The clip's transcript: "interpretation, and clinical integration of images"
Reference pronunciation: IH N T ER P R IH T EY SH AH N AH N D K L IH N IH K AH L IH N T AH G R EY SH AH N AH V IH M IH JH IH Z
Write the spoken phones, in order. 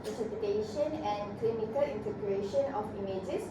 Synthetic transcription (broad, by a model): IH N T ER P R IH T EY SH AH N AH N K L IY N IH K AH L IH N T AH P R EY SH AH N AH F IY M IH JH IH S